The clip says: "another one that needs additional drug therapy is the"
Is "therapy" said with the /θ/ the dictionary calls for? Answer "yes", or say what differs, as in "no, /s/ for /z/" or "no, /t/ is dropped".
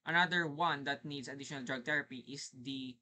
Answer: no, /t/ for /θ/